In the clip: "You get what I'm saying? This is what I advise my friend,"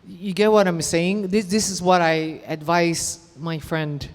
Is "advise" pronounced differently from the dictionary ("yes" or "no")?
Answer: yes